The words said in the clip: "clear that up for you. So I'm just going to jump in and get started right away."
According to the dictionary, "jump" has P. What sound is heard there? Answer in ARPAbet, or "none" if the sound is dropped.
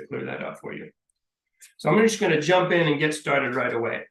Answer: P